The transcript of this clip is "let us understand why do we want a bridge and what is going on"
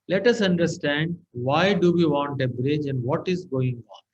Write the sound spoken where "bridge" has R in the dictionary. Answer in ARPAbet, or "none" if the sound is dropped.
R